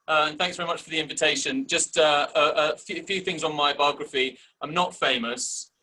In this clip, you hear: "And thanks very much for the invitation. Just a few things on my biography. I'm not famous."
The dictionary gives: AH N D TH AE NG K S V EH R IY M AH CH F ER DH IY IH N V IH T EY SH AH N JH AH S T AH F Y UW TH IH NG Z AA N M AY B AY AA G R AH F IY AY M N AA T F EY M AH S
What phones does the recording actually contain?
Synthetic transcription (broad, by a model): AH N TH AE NG K S V EH R IY M AH CH F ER DH IY IH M V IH T EY SH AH N JH AH S T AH F Y UW TH IH NG Z N M AY B AY AA G R AH F IY AY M N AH T F EY M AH S